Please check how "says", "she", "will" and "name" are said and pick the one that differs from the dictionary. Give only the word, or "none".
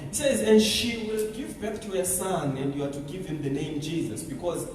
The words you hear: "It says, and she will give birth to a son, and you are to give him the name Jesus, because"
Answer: none